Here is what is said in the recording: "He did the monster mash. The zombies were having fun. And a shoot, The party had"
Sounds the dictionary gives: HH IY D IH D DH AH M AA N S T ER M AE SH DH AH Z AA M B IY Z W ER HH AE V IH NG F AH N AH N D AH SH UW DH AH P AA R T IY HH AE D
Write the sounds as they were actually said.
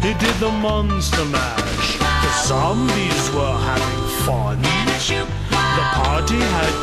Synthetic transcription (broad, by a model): HH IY D IH D DH AH M AA N S T ER M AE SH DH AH S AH M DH IY Z W ER HH AE V IH NG F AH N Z DH AH P AA R T IY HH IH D